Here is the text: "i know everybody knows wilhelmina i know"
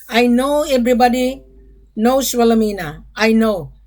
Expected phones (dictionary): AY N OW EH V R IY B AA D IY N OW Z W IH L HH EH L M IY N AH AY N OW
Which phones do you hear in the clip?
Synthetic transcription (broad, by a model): AY N OW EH B R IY B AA D IY N OW S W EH L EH M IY N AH AY N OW